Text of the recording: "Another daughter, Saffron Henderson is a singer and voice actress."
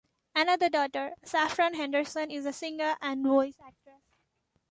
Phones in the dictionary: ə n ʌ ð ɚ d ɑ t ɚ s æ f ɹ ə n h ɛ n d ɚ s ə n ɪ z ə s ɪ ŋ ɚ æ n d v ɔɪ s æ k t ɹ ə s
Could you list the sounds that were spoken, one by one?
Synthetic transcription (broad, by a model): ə n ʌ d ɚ d ɑ t ɚ s æ f ɹ ə n h ɛ n d ɚ s ə n ɪ z ə s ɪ ŋ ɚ æ n d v ɔɪ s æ k t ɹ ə